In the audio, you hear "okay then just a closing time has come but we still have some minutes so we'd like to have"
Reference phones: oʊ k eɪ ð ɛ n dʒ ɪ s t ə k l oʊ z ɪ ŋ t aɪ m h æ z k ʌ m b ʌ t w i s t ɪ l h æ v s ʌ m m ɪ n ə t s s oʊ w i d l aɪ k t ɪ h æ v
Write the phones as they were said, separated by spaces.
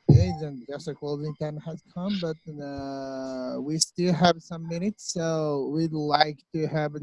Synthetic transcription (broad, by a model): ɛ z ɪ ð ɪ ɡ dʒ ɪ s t ə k w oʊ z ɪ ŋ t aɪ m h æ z k ʌ m b ʌ t w i s t ɪ l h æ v s ʌ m m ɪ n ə t s s oʊ w i d l aɪ k t ɪ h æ v